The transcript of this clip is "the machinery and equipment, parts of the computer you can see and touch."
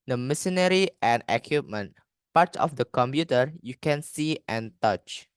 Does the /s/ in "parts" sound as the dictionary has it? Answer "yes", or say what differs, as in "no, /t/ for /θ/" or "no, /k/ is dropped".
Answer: no, /s/ is dropped